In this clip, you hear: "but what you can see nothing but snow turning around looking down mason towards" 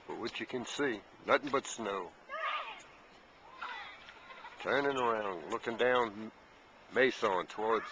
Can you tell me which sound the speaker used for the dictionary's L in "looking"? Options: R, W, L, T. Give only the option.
L